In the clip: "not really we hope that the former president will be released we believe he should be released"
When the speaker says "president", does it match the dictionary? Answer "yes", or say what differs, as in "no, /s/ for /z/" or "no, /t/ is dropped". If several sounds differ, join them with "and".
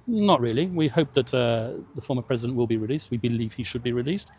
yes